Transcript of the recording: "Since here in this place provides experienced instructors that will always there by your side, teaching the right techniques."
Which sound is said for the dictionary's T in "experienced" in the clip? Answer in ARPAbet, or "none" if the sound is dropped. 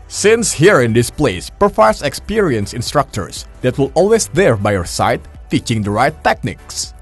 none